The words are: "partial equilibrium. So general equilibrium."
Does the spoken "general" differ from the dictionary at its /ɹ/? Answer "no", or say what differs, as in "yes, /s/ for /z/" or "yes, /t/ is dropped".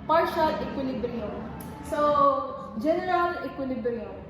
no